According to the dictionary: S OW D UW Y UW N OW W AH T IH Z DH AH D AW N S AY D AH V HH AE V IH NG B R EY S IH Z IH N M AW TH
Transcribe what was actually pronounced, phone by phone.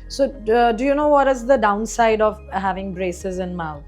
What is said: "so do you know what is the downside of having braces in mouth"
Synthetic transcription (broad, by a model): S OW D UW Y UW N OW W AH T IH Z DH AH D AW N S AY D AH V HH AE V IH NG B R EY S IH Z IH N M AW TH